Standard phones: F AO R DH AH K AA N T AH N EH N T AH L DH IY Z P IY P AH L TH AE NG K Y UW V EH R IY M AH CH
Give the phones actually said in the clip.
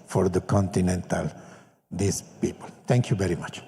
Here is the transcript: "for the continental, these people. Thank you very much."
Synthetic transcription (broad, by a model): F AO R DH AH K AA N T AH N EH N T AH L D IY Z P IY P AH L T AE NG K Y UW V EH R IY M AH CH